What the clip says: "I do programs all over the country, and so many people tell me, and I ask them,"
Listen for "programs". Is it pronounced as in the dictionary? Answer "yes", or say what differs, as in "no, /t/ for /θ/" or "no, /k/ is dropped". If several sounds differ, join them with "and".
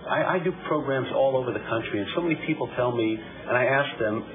yes